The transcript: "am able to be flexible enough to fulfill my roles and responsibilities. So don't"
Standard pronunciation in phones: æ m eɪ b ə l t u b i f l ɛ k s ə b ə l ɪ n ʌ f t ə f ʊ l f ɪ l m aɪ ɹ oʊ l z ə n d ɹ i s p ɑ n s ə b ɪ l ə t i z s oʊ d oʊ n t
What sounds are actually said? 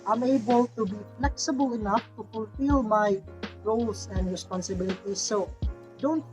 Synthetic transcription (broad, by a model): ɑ m eɪ b ə l t u b i f l ɛ k s ə b ə l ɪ n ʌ f t ə f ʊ l f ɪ l m aɪ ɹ oʊ l s ə n d ɹ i s p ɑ n s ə b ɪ l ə t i s oʊ d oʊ n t